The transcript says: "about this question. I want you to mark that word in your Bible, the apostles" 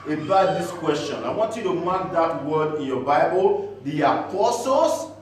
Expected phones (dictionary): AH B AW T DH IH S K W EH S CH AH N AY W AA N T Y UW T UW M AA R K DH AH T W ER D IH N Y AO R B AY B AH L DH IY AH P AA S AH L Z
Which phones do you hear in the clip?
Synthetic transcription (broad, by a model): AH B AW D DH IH S K W EH S CH AH N AY W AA N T Y UW T UW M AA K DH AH T W ER D IH N Y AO B AY B AH L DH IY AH P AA S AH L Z